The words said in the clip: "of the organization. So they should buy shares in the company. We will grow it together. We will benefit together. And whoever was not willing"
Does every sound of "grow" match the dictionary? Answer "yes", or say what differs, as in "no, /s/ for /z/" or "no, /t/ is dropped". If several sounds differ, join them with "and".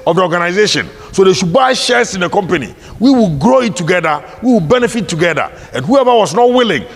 yes